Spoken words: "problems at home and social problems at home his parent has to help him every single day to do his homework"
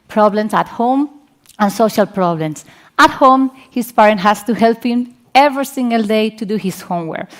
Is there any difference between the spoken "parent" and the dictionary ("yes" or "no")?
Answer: no